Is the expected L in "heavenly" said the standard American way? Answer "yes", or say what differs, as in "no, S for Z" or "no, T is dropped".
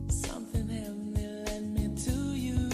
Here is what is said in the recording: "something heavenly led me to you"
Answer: no, L is dropped